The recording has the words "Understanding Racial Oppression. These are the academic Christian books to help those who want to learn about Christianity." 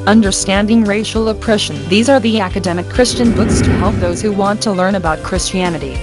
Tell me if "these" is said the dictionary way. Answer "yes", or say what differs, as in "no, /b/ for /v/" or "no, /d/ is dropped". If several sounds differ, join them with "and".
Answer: yes